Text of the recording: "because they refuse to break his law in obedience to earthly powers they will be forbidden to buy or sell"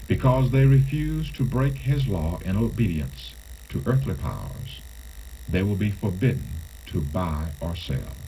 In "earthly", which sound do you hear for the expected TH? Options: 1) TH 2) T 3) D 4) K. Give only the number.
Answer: 1